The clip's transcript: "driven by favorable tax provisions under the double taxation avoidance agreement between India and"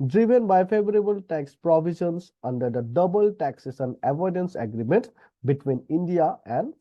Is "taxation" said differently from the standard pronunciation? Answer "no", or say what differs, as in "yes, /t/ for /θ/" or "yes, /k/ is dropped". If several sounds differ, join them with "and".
yes, /s/ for /ʃ/